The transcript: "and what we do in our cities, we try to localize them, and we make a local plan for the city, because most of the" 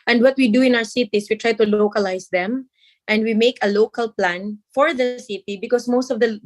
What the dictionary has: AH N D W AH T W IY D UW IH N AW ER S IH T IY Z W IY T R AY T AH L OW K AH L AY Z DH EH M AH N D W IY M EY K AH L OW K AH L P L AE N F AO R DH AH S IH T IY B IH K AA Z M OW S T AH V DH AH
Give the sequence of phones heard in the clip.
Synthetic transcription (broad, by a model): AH N D W AH T W IY D UW IH N AW ER S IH T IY S W IY T R AY T AH L OW K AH L AY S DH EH M AH N D W IY M EY K AH L OW K AH L P L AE N F AO R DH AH S IH T IY B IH K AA S M OW S T AH V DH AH